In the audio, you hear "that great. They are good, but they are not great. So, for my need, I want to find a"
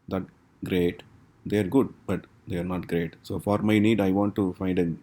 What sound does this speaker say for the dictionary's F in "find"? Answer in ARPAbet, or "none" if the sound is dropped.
F